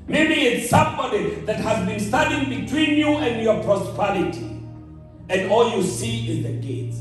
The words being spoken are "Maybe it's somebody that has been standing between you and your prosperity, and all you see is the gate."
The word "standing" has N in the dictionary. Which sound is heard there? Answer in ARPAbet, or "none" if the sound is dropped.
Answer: none